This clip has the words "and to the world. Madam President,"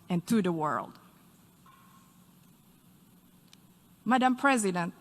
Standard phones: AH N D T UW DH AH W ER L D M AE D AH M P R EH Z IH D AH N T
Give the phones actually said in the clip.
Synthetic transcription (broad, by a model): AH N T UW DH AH W ER L D M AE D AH M P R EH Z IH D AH N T